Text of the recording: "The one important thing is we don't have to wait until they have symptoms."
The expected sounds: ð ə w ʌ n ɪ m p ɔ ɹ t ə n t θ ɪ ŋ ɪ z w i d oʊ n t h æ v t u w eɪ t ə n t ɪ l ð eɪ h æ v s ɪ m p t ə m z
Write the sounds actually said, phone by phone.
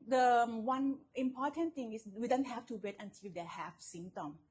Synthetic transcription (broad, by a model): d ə w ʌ n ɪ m p ɔ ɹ t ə n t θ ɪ ŋ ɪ s w i d oʊ n t h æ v t u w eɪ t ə n t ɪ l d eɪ h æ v s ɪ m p t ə m